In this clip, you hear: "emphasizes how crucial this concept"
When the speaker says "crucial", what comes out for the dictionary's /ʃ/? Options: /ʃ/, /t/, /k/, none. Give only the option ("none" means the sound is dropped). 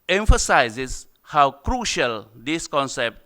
/ʃ/